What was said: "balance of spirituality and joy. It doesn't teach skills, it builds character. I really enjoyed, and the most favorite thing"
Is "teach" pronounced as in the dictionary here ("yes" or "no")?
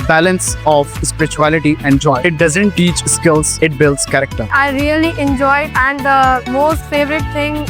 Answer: yes